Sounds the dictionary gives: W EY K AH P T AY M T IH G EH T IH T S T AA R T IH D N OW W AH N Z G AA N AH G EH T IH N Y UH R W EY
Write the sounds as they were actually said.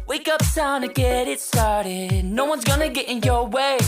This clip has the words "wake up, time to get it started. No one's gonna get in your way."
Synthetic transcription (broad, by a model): W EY K AH P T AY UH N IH G EH T IH T S T AA R T IH D N OW W AH N Z G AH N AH G EH T IH N Y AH R W EY